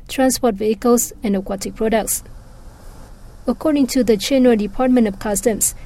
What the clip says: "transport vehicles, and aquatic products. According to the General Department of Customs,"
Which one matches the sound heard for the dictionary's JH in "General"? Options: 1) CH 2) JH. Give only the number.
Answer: 1